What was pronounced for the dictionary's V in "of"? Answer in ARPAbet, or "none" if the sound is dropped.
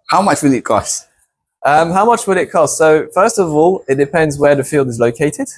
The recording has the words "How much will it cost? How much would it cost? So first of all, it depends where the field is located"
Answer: V